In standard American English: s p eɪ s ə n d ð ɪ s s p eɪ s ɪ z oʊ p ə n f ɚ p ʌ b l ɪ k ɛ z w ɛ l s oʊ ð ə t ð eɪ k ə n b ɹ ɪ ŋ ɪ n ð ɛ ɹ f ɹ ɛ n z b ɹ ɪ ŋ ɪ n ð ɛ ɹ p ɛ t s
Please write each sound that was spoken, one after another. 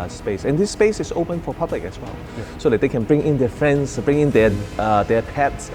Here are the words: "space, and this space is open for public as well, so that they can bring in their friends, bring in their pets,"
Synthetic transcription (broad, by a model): s p eɪ s ə n d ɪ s s p eɪ s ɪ s oʊ p ə n f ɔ p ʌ b l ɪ k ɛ s w ɛ l s oʊ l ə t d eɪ k ə n b ɹ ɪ ŋ ɪ n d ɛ f ɹ ɛ n s b ɹ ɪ ŋ ɪ n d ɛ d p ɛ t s